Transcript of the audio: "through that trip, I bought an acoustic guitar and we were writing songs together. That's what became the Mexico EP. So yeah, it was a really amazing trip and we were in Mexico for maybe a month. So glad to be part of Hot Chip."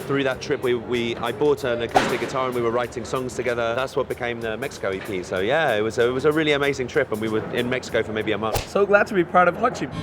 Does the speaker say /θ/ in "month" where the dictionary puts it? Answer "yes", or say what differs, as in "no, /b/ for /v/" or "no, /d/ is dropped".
yes